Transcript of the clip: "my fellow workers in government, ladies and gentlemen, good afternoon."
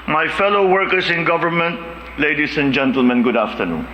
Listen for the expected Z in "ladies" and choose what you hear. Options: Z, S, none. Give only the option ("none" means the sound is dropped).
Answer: S